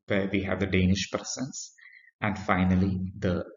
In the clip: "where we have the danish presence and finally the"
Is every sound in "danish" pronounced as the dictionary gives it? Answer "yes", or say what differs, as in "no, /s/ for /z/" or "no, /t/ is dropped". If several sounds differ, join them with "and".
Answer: yes